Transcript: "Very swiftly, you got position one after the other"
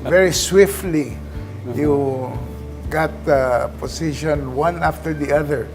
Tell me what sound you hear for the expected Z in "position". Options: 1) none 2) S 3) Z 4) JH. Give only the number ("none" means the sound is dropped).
2